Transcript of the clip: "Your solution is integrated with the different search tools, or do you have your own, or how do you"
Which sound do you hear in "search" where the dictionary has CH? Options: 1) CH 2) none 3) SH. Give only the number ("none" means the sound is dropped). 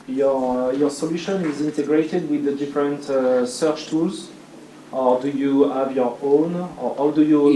1